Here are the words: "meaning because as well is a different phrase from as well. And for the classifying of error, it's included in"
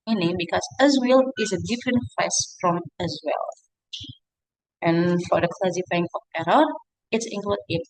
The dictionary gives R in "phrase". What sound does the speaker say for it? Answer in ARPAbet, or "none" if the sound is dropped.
none